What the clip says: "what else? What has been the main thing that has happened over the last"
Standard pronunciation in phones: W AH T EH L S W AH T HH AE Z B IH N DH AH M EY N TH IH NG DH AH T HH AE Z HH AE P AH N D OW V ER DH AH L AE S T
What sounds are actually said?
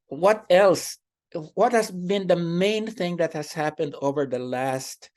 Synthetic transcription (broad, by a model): W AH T EH L S W AH T HH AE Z B IH N DH AH M EY N TH IH NG DH AH T HH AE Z HH AE P AH N D OW V ER DH AH L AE S T